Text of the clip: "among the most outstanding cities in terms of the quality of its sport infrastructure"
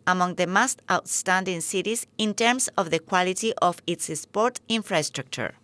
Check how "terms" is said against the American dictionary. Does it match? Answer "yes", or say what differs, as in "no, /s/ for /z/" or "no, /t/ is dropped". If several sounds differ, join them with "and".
no, /s/ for /z/